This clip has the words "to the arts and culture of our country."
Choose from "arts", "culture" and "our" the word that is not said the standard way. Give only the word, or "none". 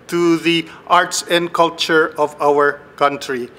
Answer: none